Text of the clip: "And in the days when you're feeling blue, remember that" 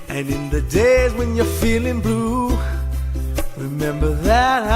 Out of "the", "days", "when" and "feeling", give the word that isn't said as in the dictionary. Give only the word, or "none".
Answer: none